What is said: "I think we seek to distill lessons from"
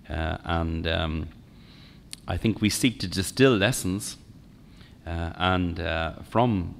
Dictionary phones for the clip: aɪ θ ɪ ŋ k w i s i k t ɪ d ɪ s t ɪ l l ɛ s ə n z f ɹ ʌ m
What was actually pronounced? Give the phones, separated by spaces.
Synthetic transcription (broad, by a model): aɪ θ ɪ ŋ k w i s i k t ɪ d ɪ s t ɪ l l ɛ s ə n f ɹ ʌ m